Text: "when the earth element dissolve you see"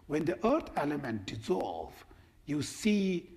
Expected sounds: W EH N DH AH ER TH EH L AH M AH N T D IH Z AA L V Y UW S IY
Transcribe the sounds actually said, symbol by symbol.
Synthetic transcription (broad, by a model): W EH N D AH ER T EH L AH M AH N T D IH Z AA L V Y UW S IY